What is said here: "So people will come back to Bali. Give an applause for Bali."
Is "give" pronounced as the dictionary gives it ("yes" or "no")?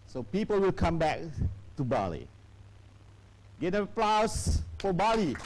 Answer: no